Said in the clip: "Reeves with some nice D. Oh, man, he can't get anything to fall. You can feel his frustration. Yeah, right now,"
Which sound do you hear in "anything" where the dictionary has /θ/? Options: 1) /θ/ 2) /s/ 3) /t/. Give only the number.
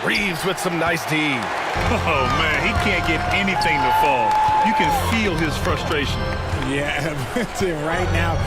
1